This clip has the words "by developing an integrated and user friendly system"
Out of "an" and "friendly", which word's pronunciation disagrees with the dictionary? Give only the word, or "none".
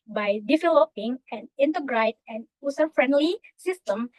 none